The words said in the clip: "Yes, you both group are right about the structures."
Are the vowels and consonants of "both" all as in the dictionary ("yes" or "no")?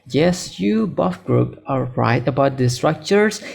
no